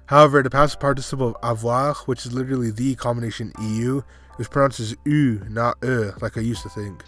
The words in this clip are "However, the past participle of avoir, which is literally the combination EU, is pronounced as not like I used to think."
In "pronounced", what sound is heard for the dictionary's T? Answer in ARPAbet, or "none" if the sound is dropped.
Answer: none